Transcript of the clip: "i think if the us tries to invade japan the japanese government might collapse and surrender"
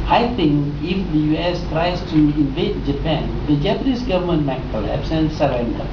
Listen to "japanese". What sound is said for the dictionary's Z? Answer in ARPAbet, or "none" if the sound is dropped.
S